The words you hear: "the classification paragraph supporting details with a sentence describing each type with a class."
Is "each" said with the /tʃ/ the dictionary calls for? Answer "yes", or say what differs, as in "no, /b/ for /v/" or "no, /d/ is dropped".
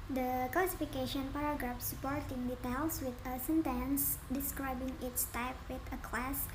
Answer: no, /s/ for /tʃ/